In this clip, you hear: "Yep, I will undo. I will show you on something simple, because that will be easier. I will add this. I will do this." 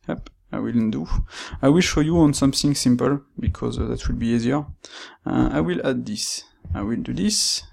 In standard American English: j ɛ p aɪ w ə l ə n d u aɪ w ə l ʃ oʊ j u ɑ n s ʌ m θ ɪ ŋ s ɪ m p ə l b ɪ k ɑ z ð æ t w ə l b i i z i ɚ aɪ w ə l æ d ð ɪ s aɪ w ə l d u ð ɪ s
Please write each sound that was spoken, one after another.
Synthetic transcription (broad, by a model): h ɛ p aɪ w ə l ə n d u aɪ w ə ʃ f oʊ j u ɑ n s ʌ m θ ɪ ŋ s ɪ m p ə l b ɪ k ɑ z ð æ t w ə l b i i z i ɚ aɪ w ə l æ d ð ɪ s aɪ w ə l d u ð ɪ s